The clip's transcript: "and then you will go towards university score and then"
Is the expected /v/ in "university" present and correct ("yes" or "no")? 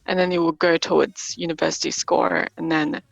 yes